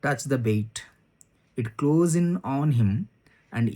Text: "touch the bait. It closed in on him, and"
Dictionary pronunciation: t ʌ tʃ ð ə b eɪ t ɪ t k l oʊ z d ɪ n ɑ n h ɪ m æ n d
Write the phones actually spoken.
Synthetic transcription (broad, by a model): t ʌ tʃ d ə b eɪ t ɪ t k l oʊ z ɪ n ɑ n h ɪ m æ n d